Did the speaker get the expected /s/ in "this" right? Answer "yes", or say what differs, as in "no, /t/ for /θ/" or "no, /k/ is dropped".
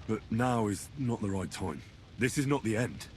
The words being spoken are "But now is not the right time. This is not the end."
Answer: yes